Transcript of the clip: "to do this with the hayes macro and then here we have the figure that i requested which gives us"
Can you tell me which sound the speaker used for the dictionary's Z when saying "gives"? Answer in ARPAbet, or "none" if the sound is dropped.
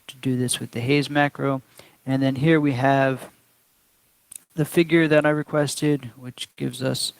Z